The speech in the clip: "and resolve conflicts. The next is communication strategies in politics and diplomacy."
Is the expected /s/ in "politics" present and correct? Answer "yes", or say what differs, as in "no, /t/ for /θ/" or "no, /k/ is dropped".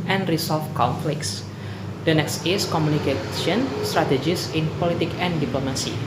no, /s/ is dropped